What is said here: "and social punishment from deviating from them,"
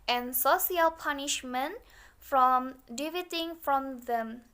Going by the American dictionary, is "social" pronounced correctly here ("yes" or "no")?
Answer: no